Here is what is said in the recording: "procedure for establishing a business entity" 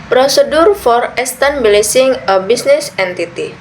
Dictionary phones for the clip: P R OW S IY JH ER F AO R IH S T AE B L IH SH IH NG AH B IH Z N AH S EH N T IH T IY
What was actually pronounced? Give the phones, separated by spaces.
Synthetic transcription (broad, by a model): P R OW S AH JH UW F AO R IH S T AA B L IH S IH NG AH B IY S N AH S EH N T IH T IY